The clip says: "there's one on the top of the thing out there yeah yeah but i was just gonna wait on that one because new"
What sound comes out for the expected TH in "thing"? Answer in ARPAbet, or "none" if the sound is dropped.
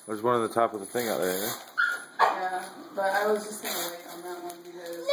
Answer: TH